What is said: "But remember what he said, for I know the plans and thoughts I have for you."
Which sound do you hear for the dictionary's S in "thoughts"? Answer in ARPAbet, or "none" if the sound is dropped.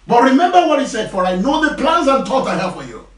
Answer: none